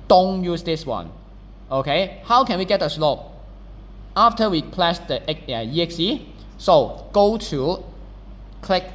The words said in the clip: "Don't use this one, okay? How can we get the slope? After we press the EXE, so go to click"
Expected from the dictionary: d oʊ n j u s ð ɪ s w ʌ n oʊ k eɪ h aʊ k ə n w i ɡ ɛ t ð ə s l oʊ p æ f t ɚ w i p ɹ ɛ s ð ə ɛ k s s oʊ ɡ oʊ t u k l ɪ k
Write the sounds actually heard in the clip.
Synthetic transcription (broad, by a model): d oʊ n j u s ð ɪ s w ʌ n oʊ k eɪ h aʊ k ə n w i ɡ ɛ t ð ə s l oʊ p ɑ f t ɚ w i p l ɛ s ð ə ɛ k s s oʊ ɡ oʊ t u k l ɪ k